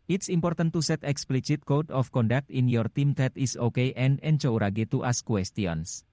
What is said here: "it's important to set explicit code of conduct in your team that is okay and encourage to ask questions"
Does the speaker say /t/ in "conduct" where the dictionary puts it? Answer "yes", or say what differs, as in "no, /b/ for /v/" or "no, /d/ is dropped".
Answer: yes